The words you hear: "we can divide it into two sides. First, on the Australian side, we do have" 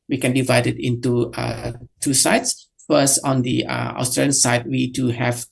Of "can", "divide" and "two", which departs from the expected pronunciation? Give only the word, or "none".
none